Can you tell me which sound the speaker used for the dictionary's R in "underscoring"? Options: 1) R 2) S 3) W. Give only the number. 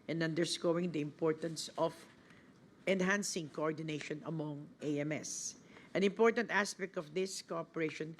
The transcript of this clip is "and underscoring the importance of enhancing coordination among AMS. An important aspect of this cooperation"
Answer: 3